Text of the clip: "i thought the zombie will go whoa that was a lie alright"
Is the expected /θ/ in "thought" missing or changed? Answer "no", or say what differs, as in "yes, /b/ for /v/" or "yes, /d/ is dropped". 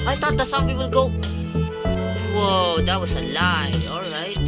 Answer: yes, /t/ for /θ/